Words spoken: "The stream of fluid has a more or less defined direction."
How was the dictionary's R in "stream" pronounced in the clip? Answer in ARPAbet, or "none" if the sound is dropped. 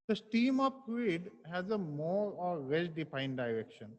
none